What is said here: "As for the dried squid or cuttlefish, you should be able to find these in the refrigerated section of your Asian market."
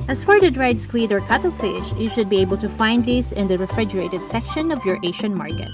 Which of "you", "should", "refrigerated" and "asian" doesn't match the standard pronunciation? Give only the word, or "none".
asian